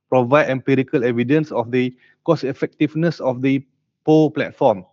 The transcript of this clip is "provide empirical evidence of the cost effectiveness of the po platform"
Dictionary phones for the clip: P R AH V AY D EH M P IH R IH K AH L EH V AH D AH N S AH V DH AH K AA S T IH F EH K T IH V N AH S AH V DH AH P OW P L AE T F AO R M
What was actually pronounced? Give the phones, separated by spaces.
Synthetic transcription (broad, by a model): P R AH V AY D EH M P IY R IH K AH L EH V AH D AH N S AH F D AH K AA S IH F EH K T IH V N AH S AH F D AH P OW P L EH T F AO M